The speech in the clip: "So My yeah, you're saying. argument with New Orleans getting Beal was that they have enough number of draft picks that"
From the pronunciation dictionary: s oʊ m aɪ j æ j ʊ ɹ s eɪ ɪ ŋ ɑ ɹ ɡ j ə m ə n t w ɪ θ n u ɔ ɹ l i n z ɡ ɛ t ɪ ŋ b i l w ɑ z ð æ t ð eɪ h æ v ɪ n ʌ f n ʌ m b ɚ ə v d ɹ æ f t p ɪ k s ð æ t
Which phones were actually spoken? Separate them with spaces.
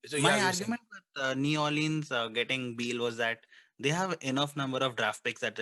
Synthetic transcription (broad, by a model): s m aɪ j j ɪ ɑ ɹ ɡ j ə m ə n t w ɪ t n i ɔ l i n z ɡ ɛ t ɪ ŋ b i l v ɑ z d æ t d eɪ h æ v ɪ n ʌ f n ʌ m b ɚ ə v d ɹ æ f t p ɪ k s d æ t